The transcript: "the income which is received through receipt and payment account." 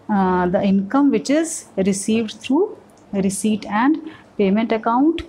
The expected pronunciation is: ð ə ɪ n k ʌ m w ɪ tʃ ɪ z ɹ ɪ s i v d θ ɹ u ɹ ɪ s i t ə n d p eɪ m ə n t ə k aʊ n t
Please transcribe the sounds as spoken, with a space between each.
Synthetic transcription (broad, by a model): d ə ɪ n k ʌ m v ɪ tʃ ɪ z ɹ ɪ s i v d t ɹ u ɹ ɪ s i t ə n d p eɪ m ə n t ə k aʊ n t